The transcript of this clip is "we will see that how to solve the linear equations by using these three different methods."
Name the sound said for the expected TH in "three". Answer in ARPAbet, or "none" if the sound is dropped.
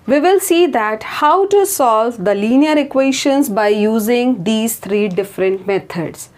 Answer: T